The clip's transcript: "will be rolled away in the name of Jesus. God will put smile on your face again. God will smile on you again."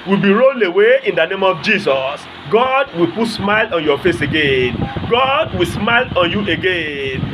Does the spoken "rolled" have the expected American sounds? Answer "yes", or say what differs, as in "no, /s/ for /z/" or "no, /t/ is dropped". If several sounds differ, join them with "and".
no, /d/ is dropped